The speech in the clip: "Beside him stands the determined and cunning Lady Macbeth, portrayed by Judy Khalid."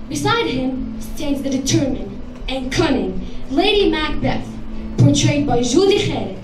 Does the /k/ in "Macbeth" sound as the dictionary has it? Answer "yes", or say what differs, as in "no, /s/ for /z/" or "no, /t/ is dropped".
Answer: yes